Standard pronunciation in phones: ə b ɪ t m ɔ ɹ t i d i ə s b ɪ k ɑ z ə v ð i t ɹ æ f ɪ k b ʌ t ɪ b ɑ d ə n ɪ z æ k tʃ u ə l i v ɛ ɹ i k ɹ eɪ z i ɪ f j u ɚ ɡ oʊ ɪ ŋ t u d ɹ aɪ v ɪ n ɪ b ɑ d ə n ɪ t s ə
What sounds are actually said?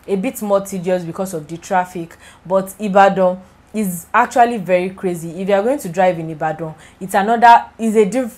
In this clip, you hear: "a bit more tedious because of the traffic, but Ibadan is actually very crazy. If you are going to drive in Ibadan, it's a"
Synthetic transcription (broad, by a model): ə b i t m ɔ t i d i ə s b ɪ k ɑ s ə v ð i t ɹ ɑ f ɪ k b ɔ t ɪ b ɑ d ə ɪ z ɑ k tʃ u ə l i v ɛ ɹ i k ɹ eɪ z i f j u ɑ ɡ oʊ ɪ ŋ t u d ɹ aɪ v ɪ n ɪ b ɑ d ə n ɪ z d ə